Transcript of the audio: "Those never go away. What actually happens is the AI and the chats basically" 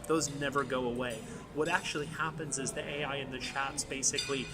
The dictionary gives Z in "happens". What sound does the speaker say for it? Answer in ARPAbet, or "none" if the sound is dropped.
Z